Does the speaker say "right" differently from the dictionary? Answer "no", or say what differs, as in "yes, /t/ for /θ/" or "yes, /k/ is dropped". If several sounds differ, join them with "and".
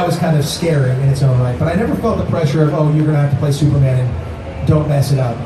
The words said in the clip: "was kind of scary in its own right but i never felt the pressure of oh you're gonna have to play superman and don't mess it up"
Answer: yes, /l/ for /ɹ/